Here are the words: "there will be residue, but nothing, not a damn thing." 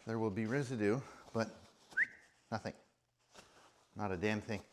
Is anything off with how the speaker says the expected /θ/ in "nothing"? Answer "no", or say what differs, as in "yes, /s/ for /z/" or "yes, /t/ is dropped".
no